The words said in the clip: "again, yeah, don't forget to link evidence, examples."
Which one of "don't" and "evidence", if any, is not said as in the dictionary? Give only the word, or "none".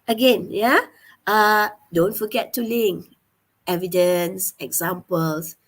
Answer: none